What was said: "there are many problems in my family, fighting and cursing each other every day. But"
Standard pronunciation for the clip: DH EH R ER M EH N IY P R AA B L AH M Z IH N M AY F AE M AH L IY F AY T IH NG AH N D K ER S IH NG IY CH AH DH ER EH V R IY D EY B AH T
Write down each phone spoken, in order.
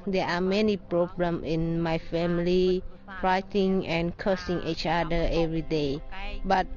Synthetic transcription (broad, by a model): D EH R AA M EH N IY P R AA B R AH M IH N M AY F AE M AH L IY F AY T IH NG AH N K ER S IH NG IY CH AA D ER EH V R IY D EY B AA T